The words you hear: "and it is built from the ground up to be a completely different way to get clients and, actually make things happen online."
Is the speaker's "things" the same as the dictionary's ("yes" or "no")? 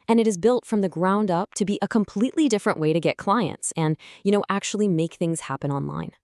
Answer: yes